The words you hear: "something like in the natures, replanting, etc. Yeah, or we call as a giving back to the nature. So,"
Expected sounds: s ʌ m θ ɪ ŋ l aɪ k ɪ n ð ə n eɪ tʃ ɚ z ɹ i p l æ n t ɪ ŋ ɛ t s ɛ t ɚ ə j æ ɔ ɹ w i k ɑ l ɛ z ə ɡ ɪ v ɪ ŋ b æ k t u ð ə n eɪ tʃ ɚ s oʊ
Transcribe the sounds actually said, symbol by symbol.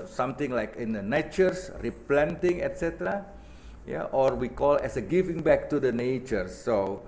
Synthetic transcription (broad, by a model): s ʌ m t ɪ ŋ l aɪ k ɪ n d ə n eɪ tʃ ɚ s ɹ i p l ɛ n t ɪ ŋ ɛ t s ɛ t ɚ ə j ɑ ɔ ɹ w i k ɑ l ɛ s ə ɡ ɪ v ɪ ŋ b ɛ k t u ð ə n eɪ tʃ ɚ s oʊ